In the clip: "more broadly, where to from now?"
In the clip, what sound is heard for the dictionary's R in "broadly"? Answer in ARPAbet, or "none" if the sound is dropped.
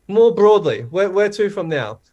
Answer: R